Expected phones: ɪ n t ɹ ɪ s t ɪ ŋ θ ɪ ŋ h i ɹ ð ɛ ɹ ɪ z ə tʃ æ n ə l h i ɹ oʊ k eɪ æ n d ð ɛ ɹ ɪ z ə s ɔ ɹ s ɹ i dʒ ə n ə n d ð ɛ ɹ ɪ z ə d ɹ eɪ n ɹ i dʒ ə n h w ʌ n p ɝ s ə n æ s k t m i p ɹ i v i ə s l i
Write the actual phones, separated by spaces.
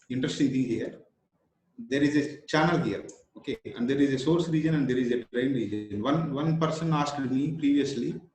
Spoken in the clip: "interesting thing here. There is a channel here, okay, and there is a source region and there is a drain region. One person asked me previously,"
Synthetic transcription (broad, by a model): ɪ n t ɹ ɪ s t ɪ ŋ t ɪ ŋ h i ɹ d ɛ ɹ ɪ z ə tʃ æ n ə l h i ɹ oʊ k eɪ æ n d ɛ ɹ ɪ z ə s ɔ ɹ s ɹ i dʒ ə n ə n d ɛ ɹ ɪ z ə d ɹ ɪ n ɹ i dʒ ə n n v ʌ n p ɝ s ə n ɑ s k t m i p ɹ i v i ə s l i